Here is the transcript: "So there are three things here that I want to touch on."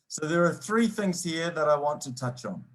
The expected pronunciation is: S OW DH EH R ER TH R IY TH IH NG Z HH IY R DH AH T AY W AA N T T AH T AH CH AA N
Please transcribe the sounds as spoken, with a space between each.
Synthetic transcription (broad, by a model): S OW DH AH R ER TH R IY TH IH NG Z HH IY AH DH AH T AY W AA N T T AH T AH CH N